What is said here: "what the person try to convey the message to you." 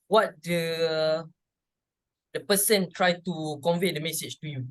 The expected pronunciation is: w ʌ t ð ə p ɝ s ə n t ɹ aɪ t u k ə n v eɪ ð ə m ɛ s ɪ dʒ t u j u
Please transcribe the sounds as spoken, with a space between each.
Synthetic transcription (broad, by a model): w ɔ t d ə p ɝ s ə n t ɹ aɪ t u k ə n v eɪ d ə m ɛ s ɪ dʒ t u j u